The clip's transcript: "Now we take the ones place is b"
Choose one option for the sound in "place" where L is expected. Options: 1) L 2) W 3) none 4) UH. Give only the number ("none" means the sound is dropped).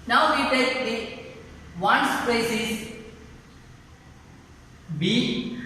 3